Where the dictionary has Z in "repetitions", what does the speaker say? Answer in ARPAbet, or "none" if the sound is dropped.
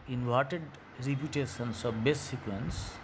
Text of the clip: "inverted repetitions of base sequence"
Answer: S